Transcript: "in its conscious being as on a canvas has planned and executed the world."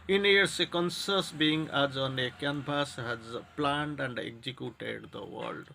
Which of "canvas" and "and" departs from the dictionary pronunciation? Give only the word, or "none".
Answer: canvas